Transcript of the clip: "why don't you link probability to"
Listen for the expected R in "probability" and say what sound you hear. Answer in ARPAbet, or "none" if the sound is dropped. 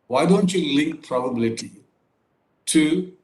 R